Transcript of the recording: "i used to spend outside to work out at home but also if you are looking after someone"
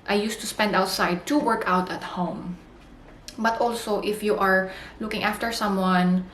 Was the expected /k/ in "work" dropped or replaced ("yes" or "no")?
no